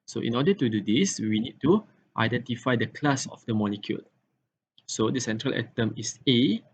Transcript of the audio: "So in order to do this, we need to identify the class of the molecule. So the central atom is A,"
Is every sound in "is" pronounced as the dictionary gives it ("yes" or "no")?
no